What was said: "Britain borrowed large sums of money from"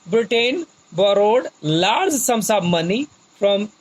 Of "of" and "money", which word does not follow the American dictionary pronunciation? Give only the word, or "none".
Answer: of